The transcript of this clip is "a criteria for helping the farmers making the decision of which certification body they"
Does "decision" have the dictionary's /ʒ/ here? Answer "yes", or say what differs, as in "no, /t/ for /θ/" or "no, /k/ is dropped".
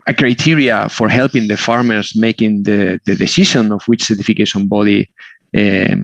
no, /ʃ/ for /ʒ/